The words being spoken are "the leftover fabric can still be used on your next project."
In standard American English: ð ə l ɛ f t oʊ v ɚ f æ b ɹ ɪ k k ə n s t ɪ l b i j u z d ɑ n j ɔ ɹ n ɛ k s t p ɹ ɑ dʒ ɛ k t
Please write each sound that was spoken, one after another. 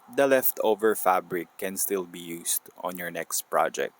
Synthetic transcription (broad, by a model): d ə l ɛ f t oʊ v ɚ f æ b ɹ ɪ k k ə n s t ɪ l b i j u s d ɑ n j ɔ ɹ n ɛ k s t p ɹ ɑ dʒ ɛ k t